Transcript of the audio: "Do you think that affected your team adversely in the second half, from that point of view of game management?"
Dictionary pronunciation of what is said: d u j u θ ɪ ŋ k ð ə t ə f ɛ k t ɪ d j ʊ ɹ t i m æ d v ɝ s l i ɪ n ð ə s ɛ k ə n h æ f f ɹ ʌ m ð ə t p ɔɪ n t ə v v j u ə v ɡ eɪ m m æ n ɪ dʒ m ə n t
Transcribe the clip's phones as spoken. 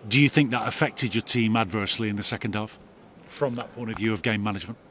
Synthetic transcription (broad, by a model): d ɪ j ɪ θ ɪ ŋ k ð ə t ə f ɛ k t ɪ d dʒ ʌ ɹ t i m æ d v ɝ s l i ɪ n ð ə s ɛ k ə n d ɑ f f ɹ ʌ m ð ə t p ɔɪ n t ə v v j u ə v ɡ eɪ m m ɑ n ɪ dʒ m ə n t